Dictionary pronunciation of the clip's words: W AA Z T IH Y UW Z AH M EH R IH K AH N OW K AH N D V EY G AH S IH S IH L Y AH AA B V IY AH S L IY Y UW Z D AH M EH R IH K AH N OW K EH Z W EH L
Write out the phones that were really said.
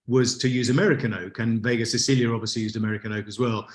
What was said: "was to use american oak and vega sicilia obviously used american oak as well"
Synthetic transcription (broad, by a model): W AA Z T IH Y UW Z AH M EH R IH K AH N OW K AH N V EY G AH S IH S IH L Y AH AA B V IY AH S L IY Y UW Z D AH M EH R IH K AH N OW K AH Z W EH L